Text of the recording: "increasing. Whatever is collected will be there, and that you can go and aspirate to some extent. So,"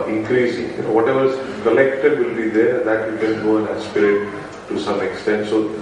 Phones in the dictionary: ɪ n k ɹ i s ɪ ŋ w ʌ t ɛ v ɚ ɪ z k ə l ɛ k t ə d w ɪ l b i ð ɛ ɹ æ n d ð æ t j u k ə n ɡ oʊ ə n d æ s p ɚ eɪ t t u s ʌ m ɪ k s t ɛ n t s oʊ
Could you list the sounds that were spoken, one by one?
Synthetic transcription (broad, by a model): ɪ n k ɹ i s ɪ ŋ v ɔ t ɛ v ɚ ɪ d k ə l ɛ k t ə d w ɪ l b i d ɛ ɹ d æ t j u k ə n ɡ oʊ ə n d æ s p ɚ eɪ t t u s ʌ m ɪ k s t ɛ n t s oʊ